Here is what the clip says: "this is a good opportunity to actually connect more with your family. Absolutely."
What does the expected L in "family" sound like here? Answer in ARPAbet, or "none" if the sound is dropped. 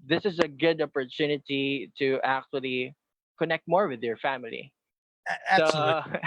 none